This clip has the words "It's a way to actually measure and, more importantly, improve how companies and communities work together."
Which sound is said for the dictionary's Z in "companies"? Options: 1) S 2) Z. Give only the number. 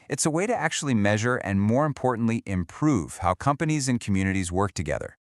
2